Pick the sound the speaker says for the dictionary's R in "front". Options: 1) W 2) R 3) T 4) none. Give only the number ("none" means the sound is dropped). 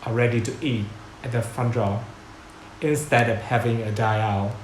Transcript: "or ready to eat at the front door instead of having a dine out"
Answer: 4